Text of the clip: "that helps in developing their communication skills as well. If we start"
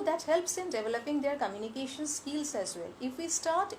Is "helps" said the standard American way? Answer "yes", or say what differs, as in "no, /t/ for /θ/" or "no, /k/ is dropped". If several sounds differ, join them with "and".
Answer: yes